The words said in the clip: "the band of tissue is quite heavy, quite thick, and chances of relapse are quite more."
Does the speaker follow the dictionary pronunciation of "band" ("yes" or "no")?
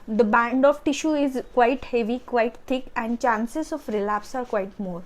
yes